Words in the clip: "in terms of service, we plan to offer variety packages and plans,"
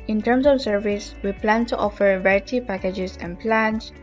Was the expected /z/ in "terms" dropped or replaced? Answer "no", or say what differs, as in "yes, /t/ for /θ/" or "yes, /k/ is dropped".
yes, /s/ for /z/